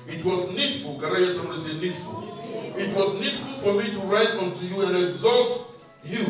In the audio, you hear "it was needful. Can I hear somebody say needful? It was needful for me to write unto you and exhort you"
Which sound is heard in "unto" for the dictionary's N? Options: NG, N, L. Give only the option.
N